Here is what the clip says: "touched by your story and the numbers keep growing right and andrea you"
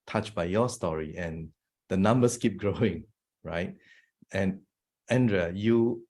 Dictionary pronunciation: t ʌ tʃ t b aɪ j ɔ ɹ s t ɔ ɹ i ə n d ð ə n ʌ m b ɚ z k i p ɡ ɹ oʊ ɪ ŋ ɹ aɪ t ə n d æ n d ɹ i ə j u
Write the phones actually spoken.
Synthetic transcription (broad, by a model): t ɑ tʃ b aɪ j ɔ s t ɔ ɹ i ə n d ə n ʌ m b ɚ s k i p ɡ ɹ oʊ ɪ ŋ ɹ aɪ t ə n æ n d ɹ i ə j u